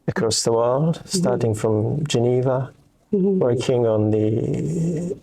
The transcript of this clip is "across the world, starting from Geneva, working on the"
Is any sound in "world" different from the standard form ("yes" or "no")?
no